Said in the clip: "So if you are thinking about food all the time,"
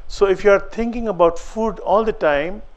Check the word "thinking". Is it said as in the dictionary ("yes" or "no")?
no